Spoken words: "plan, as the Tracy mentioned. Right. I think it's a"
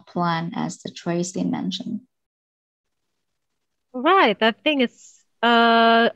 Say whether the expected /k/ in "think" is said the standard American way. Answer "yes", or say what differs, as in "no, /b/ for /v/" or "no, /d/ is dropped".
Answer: no, /k/ is dropped